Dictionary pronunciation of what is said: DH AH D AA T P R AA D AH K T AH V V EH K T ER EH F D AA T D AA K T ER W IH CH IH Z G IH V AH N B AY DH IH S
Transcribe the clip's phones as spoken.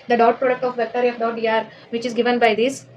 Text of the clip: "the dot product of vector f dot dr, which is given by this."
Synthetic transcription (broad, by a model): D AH D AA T P R AA D AH K T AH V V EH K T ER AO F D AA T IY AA T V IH CH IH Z G IH V AH N B AY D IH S